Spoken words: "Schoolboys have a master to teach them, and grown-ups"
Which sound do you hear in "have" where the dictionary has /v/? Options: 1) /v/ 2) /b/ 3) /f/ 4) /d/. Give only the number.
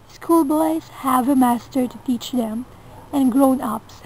1